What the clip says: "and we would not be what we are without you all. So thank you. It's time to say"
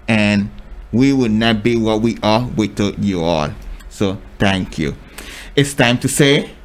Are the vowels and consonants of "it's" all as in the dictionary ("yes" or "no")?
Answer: yes